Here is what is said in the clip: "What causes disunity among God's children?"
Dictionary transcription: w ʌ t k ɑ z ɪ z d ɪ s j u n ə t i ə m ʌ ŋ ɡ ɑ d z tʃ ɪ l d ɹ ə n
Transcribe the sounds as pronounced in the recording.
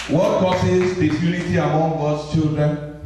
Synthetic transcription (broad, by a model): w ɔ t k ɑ s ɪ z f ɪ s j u l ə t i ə m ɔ ŋ ɡ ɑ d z tʃ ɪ l d ɹ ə n